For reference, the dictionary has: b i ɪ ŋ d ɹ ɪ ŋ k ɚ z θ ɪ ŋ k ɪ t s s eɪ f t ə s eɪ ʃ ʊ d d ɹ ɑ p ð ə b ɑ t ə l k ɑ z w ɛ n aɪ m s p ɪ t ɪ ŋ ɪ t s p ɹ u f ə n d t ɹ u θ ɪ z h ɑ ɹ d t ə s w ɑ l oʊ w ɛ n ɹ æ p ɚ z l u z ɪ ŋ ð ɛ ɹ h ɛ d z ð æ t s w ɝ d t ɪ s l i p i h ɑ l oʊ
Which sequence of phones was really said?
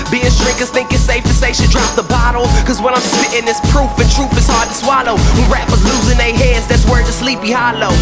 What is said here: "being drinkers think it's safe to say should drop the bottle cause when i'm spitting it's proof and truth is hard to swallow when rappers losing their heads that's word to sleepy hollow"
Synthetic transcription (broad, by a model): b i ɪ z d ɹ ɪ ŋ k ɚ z θ ɪ ŋ k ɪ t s s eɪ f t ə s eɪ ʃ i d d ɹ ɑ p ð ə b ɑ t l k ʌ z w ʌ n aɪ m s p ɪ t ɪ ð ɪ s p ɹ u f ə n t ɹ u f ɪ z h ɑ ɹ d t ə s w ɑ l oʊ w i ɹ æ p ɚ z l u z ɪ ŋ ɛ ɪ h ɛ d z ð æ t s w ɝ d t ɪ s l i p i h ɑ l oʊ